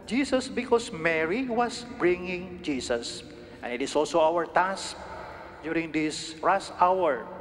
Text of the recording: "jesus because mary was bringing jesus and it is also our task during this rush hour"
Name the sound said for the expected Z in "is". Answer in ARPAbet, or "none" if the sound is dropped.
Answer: S